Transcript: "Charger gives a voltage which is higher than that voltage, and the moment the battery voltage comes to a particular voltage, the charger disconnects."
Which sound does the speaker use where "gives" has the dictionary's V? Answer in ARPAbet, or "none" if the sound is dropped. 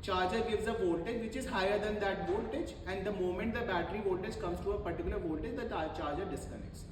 V